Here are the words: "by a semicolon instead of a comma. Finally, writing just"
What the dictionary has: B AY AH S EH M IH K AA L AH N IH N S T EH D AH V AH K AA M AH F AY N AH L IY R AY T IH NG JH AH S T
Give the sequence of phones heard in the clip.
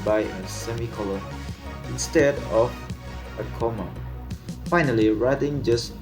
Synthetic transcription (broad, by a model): B AY AH S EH M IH K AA L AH IH N S T EH D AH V AH K AA M AH F AY N AH L IY R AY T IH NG JH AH S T